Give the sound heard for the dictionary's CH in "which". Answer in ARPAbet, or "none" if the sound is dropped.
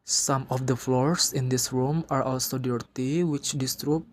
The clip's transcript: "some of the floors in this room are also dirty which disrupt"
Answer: CH